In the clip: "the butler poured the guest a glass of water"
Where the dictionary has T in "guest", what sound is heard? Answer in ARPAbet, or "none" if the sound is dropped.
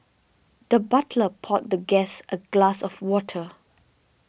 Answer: T